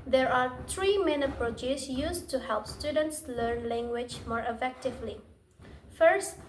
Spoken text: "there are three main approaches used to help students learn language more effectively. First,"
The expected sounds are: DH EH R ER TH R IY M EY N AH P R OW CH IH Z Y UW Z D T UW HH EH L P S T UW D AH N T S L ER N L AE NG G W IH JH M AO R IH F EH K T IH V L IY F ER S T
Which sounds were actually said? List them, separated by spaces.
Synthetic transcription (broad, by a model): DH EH R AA T R IY M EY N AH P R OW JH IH S Y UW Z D T UW HH EH L P S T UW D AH N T S L ER N L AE NG G W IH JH M AO R IH F EH K T IH V L IY F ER S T